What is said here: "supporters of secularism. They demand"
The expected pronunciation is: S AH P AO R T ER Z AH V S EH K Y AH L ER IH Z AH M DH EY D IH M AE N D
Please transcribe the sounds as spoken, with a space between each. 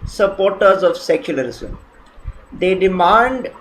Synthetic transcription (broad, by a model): S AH P AO R T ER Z AH V S EH K Y AH L ER IH Z AH M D EY D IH M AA N D